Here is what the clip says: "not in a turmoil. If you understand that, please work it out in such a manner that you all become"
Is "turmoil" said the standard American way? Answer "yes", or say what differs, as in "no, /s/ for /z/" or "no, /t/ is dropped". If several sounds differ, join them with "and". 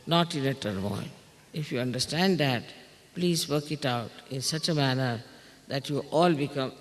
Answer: no, /n/ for /l/